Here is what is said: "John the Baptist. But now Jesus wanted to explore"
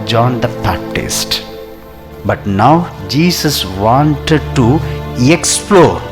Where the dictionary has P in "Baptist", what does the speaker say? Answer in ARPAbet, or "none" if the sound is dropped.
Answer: P